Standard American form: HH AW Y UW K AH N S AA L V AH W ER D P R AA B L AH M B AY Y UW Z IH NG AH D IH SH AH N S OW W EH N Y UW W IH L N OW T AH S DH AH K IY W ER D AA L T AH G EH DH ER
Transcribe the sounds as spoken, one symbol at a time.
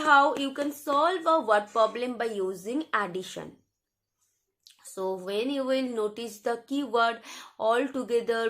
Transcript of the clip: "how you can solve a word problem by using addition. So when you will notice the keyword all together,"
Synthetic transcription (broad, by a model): HH AW Y UW K AH N S AA L V AH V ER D P R AA B L AH M B AY Y UW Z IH NG AH D IH SH AH N S OW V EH N Y UW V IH L N OW T AH S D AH K IY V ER D AA L T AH G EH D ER